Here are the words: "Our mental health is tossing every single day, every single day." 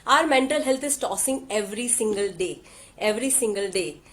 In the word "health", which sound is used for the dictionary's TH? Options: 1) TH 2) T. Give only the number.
2